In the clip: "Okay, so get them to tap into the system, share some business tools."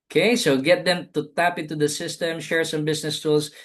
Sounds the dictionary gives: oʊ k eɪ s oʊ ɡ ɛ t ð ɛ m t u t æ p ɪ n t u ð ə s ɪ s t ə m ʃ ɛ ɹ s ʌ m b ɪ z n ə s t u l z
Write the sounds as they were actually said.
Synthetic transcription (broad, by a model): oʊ k eɪ s oʊ ɡ ɛ t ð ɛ m t u t æ p ɪ n t u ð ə s ɪ s t ə m ʃ ɛ ɹ s ʌ m b ɪ s n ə s t u l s